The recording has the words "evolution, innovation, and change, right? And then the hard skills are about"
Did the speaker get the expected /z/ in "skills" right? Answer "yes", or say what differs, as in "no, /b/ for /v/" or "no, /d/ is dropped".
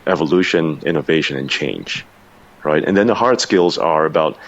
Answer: yes